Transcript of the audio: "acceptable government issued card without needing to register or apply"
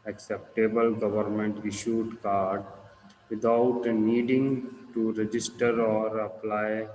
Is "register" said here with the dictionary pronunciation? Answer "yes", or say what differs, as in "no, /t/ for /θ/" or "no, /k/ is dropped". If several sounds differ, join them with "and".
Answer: yes